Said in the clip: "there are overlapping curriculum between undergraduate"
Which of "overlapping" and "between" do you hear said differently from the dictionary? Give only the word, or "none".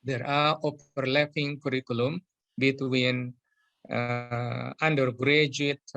overlapping